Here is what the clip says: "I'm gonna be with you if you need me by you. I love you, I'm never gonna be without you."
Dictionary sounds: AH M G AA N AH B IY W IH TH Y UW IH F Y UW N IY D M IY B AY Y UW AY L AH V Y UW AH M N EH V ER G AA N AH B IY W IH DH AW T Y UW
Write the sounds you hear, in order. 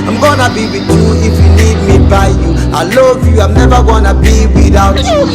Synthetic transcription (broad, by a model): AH M G AA N AH B IY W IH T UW IH F Y UW L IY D M IY B AY Y UW AY L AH V Y UW AH M N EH V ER G AA N AH B IY W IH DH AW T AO